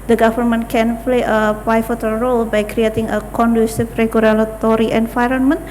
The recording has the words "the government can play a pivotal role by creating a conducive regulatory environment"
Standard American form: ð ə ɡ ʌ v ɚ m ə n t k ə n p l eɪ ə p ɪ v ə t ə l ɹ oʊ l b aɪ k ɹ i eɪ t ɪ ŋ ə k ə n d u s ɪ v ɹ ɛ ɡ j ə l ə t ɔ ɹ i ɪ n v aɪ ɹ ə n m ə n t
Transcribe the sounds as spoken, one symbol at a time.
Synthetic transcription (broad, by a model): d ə ɡ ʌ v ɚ m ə n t k ə n p l eɪ ə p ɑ f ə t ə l ɹ oʊ l b aɪ k ɹ i eɪ t ɪ ŋ ə k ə n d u s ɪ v ɹ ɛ ɡ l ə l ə t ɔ ɹ i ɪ n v aɪ ɹ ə n m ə n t